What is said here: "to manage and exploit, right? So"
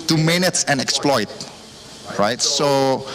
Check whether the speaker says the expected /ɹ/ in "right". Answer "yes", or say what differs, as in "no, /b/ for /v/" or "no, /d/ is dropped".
yes